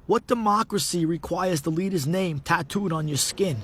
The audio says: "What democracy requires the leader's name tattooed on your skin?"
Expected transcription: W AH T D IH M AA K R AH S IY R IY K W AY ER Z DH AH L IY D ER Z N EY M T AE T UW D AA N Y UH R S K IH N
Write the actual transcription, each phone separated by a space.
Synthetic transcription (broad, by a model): W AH T D IH M AA K R AH S IY R IY K W AY ER Z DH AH L IY D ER Z N EY M T AE T UW D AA N Y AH R S K IH N